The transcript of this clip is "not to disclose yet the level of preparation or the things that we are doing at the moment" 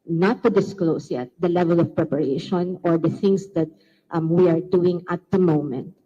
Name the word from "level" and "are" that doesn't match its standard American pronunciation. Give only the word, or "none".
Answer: none